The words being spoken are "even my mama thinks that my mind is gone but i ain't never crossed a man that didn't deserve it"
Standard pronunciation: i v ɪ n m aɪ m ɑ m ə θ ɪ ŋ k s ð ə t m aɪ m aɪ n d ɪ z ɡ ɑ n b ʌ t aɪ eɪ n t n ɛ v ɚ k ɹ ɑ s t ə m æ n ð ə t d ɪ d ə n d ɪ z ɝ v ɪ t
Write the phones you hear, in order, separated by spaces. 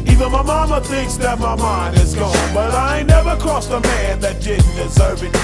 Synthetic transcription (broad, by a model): i v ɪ n m aɪ m ɑ m ə θ ɪ ŋ k s ð ə t m aɪ m aɪ n d ɪ z ɡ ɑ n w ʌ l aɪ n n ɛ v ɚ k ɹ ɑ s ə m æ n ð ə t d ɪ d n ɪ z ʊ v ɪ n